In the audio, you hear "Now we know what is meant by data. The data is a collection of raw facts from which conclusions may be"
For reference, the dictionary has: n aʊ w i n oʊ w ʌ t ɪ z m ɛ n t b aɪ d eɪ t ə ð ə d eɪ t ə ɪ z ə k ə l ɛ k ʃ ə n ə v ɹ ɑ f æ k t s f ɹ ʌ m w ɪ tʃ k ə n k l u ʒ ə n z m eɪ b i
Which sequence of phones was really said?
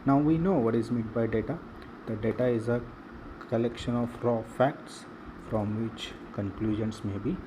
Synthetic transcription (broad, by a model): n aʊ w i n oʊ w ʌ t ɪ z m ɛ t b aɪ d eɪ t ə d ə d eɪ t ə ɪ z ə k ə l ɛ k ʃ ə n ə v ɹ ɑ f æ k t s f ɹ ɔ m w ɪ tʃ k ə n k l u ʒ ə n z m eɪ b i